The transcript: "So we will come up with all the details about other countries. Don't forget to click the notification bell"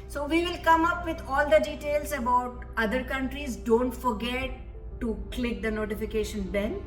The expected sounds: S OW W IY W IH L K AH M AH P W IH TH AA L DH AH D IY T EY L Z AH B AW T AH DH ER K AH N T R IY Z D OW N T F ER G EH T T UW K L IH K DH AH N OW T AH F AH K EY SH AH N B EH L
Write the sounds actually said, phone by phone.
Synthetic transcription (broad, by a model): S OW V IY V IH L K AH M AH P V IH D AA L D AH D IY T EY L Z AH B AW T AH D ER K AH N T R IY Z D OW N T F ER G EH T T UW K L IH K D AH N OW T AH F AH K EY SH AH N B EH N